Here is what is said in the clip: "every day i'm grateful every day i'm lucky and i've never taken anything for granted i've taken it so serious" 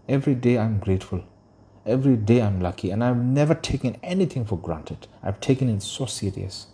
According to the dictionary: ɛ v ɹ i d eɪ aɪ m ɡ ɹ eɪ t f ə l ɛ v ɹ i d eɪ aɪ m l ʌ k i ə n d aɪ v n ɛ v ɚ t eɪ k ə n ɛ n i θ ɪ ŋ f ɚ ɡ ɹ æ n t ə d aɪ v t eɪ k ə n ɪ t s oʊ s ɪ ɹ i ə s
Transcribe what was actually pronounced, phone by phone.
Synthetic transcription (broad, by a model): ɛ v ɹ i d eɪ aɪ m ɡ ɹ eɪ t f ə l ɛ v ɹ i d eɪ aɪ m l ʌ k i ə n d aɪ v n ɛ v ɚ t eɪ k ə n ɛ n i t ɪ ŋ f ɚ ɡ ɹ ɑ n t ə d aɪ v t eɪ k ə n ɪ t s oʊ s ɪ ɹ i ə s